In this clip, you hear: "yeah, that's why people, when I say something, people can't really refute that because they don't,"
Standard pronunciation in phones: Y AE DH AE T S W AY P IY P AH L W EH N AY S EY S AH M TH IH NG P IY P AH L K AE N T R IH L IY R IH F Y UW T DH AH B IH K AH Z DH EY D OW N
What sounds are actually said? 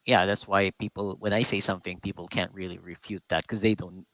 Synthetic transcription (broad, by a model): Y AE DH AE T S W AY P IY P L W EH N AY S EY S AH M TH IH NG P IY P L K AE N T R IH L IY R IH F Y UW T DH AH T K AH Z DH EY D OW N